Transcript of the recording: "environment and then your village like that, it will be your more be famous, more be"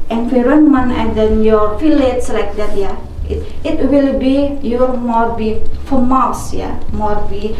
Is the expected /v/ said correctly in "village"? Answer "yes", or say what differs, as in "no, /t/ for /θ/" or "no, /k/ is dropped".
no, /f/ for /v/